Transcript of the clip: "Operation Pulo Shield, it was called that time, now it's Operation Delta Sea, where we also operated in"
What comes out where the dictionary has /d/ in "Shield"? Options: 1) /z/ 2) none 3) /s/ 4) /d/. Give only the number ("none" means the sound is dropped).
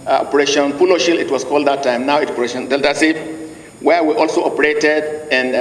2